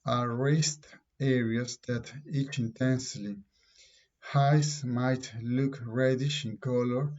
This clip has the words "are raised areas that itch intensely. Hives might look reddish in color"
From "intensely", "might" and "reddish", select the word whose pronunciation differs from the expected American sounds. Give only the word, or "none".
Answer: none